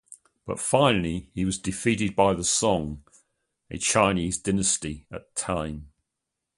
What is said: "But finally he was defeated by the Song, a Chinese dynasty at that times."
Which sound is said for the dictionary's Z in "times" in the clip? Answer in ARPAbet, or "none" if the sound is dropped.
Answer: none